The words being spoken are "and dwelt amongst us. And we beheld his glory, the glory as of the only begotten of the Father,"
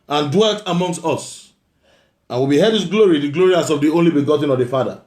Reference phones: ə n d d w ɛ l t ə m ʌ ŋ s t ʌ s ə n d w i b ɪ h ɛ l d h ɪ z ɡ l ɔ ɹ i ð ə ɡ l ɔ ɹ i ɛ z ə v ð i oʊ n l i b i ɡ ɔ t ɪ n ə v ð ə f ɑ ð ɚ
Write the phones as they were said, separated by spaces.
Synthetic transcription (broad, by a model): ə n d d w ɛ l t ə m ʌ ŋ s t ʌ s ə n w i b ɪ h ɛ d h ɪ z ɡ l ɔ ɹ i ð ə ɡ l ɔ ɹ i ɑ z ə v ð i oʊ n l i b i ɡ ɔ t ɪ n ə v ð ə f ɑ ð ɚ